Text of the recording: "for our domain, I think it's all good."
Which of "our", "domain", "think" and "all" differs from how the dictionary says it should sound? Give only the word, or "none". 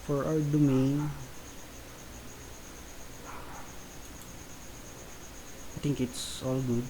think